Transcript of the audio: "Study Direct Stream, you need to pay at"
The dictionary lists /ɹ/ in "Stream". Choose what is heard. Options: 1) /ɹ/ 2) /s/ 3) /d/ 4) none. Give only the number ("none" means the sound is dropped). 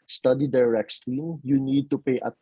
4